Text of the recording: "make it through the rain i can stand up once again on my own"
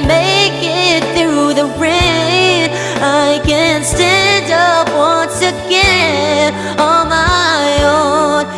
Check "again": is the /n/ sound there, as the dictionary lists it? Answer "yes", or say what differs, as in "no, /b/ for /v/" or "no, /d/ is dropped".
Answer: no, /n/ is dropped